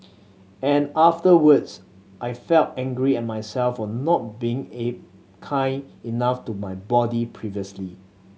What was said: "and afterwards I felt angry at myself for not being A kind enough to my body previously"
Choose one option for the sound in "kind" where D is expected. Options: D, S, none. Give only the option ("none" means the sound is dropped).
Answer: none